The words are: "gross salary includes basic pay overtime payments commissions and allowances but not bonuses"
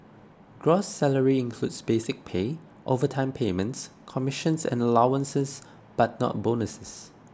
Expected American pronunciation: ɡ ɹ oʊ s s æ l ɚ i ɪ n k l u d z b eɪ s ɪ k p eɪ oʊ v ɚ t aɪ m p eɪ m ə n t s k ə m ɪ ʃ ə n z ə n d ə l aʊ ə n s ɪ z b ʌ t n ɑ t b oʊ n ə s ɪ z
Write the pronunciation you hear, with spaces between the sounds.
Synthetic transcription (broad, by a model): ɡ ɹ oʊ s s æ l ɚ i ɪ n k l u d s b eɪ s ɪ k p eɪ oʊ v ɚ t aɪ m p eɪ m ə n t s k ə m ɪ ʃ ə n s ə n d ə l aʊ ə n s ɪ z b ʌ t n ɑ t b oʊ n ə s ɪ s